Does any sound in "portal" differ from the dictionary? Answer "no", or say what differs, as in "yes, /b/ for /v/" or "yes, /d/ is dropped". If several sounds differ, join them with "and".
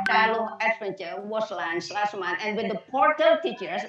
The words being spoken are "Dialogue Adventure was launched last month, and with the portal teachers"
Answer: no